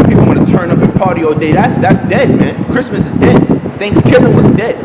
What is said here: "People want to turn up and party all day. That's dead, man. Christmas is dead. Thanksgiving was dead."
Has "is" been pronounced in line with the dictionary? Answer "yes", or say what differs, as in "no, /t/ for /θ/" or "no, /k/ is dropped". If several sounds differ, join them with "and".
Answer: yes